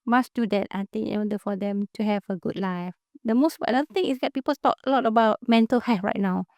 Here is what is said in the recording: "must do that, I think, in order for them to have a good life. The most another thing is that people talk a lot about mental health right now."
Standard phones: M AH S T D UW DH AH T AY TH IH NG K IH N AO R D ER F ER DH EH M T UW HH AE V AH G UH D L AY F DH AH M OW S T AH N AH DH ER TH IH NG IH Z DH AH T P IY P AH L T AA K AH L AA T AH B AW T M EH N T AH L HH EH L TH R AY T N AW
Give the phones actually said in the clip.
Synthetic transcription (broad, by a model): M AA S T D UW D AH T AY T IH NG IH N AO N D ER F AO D EH M T UW HH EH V AH G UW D L AY F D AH M OW S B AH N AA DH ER T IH NG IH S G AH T P IY P AH L T AA K AH L AA T AH B AW T M EH N T AH L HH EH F R AY T N AW